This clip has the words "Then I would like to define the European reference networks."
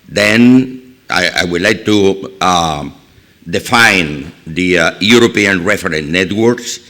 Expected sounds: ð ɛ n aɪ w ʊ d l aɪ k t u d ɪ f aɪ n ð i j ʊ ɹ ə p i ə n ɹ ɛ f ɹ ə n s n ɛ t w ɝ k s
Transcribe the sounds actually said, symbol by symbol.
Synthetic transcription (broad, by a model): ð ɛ n aɪ w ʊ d l aɪ k t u d ɪ f aɪ n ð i j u ɹ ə p i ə n ɹ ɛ f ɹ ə n n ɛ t w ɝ k s